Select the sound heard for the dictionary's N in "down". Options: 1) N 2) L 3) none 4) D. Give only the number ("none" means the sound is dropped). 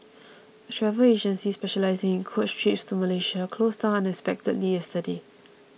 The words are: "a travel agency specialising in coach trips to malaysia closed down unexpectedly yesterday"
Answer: 3